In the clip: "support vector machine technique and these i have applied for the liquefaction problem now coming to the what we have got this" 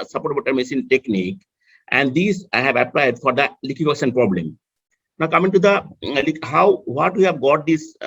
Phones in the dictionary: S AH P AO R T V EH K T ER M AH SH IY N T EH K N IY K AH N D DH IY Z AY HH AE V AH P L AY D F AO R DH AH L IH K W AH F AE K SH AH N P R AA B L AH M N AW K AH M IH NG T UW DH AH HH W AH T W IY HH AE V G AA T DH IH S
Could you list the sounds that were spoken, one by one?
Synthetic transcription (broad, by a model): S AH P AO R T B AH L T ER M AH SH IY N T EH K N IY K AH N D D IY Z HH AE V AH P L AY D F AO R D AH L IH K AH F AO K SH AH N P R AA B L AH M N AW K AH M IH NG T UW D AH HH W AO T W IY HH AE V G AA T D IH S